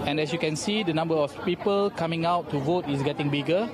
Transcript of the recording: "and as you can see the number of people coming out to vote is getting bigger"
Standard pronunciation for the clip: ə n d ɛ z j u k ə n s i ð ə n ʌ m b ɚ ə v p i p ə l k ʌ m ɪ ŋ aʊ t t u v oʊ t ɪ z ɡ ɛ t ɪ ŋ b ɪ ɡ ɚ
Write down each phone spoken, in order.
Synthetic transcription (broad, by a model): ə n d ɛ s j u k ə n s i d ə n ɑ m b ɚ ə f p i p ə l k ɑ m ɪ ŋ aʊ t t u v oʊ t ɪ s ɡ ɛ t ɪ ŋ b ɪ ɡ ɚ